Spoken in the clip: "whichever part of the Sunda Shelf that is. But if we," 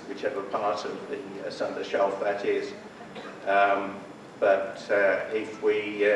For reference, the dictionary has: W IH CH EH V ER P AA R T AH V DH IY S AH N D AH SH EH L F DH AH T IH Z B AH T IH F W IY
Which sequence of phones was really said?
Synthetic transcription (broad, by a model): W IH CH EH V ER P AA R T AH V DH IY S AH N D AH SH EH L F DH AH T IH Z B AH T IH F W IY